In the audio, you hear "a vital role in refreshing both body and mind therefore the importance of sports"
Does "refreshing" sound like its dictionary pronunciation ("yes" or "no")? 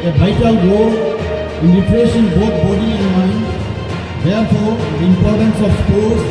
no